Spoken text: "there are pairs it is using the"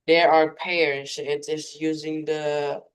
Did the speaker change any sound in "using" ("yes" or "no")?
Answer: no